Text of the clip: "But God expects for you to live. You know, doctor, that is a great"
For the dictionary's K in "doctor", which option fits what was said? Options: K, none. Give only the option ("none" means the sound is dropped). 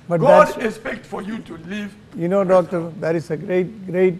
K